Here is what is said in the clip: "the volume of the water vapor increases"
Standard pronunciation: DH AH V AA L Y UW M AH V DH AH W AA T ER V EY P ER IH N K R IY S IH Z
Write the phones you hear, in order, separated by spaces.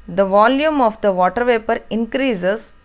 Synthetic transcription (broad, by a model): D AH V AA L Y UW M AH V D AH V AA T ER V EY P ER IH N K R IY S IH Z